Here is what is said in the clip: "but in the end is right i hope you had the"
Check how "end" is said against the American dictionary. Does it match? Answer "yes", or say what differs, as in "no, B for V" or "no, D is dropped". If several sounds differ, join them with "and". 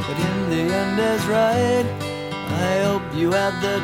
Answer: yes